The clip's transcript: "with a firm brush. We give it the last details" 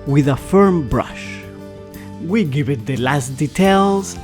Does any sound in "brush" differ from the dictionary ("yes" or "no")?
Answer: no